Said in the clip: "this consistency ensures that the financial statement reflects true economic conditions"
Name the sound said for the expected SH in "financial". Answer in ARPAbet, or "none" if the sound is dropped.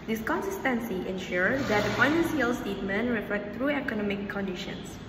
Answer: S